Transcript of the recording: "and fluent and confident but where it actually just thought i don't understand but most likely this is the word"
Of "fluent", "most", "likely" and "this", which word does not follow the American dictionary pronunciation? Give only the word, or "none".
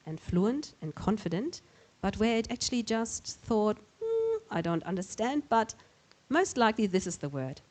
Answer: none